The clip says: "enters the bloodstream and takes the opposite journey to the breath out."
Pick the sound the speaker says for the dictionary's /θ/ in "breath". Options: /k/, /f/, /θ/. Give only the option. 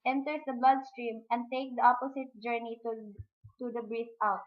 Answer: /f/